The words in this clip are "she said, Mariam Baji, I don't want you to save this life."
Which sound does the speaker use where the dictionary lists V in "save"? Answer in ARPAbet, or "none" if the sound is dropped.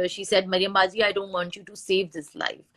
V